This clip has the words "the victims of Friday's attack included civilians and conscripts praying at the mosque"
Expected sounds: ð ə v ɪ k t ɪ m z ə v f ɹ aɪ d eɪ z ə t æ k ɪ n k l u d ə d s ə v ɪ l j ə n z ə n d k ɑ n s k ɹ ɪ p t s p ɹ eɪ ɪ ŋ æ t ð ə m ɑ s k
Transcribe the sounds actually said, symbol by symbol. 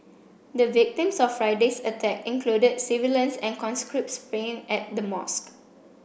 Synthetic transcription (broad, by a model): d ə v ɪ k t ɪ m s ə f f ɹ aɪ d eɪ s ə t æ k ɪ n k l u d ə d s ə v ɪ l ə n s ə n k ɑ n s k ɹ ɪ p t s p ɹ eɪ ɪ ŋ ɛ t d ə m ɑ s k